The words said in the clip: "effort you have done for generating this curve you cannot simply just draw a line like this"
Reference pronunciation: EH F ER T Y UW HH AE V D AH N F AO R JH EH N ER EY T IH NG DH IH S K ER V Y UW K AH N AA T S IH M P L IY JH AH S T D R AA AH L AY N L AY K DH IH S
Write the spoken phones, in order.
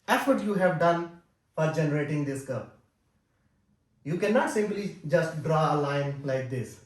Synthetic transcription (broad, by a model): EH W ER T Y UW HH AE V D AH N F AO R JH EH N ER EY T IH NG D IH S K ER P Y UW K AH N AA T S IH M P L IY JH AH S T D R AA AH L AY N L AY K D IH S